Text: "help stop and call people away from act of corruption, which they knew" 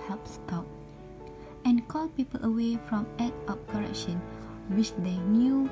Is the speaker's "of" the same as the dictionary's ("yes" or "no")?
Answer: no